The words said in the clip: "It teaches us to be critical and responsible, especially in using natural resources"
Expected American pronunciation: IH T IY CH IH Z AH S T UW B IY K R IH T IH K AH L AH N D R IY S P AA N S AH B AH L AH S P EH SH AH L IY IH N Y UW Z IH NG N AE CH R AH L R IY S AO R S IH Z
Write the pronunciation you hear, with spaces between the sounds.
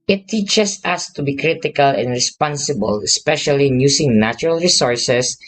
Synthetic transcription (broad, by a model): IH T IY CH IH S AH S T UW B IY K R IH T IH K AH L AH N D R IY S P AA N S AH B AH L AH S P EH SH AH L IY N Y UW S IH NG N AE CH R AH L R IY S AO R S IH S